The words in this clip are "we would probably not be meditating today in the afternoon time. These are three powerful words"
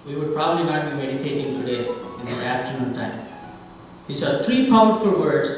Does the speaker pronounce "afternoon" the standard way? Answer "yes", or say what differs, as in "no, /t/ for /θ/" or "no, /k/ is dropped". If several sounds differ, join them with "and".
yes